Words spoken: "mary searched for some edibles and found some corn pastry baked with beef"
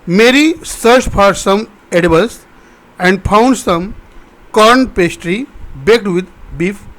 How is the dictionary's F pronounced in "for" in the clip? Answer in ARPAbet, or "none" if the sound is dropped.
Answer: P